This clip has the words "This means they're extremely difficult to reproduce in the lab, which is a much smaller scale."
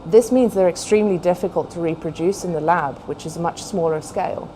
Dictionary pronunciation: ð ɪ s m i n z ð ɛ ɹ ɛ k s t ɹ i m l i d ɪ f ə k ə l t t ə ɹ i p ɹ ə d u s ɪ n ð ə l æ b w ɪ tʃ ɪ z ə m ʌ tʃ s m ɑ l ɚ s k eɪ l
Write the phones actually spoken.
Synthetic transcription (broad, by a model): ð ɪ s m i n z ð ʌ ɹ ɛ k s t ɹ i m l i d ɪ f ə k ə l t t ə ɹ i p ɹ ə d u s ɪ n ð ə l æ b w ɪ tʃ ɪ z ə m ʌ tʃ s m ɑ l ɚ s k eɪ l